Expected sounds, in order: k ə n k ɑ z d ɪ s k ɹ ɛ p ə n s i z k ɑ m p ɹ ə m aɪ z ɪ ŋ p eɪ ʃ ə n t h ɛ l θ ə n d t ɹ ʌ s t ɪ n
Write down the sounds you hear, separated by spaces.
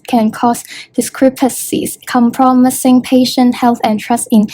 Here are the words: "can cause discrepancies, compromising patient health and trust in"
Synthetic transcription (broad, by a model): k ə n k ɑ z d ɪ s k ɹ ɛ p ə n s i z k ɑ m p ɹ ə m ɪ s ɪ ŋ p eɪ ʃ ə n t h ɛ l θ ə n t ɹ ʌ s t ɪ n